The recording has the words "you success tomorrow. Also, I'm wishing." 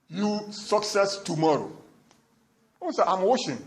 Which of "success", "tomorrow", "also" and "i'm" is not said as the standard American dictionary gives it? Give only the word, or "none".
also